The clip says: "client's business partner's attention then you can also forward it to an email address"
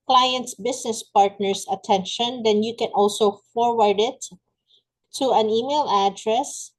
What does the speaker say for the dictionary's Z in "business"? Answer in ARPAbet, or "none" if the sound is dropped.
S